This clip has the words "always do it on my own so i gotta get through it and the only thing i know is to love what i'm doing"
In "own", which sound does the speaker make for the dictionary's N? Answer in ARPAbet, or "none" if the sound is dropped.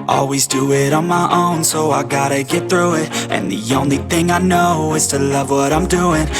N